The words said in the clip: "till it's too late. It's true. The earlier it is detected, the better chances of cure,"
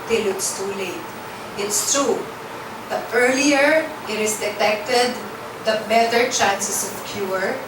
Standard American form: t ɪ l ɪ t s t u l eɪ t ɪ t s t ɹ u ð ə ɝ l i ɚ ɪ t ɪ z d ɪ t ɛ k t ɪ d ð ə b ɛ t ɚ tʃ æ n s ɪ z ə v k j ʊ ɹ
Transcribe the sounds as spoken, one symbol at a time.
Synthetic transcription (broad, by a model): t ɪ l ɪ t s t u l eɪ t ɪ t s t ɹ u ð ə ɝ l i ɚ ɪ t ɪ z d ɪ t ɛ k t ɪ d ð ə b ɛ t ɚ tʃ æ n s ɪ s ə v k j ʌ ɹ